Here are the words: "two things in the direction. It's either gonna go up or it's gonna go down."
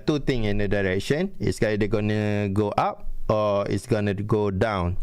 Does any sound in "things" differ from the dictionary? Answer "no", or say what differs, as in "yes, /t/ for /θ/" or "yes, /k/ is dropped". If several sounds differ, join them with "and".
yes, /t/ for /θ/ and /z/ is dropped